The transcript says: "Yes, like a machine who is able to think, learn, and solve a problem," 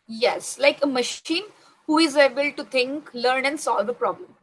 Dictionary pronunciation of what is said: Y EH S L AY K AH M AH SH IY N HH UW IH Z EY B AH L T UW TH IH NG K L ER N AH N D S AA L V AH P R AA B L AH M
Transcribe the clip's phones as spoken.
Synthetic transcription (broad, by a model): Y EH S L AY K AH M AH SH IY N HH UW IH Z EY B AH L T UW T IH NG K L ER N AH N D S AA L V AH P R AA B L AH M